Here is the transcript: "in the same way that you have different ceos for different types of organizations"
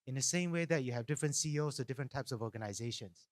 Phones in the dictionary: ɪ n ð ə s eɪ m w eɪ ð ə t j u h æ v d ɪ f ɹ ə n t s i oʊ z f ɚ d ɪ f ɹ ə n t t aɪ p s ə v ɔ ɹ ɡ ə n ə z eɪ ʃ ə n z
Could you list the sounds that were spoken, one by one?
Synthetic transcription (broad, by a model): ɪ n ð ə s eɪ m w eɪ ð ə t j u h æ v d ɪ f ɹ ə n t s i oʊ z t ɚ d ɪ f ɹ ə n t t aɪ p s ə v ɔ ɡ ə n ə z eɪ ʃ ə n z